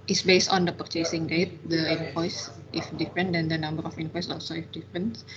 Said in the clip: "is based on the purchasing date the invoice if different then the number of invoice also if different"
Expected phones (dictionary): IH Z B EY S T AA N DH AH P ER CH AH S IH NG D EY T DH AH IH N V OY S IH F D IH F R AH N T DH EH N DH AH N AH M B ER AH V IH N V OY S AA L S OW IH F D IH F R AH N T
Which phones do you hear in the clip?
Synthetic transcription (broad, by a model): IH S B EY S T AA N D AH P ER CH AH S IH NG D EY T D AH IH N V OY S IH F D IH F R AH N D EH N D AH N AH M B ER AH F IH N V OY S AA L S OW IH F D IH F R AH N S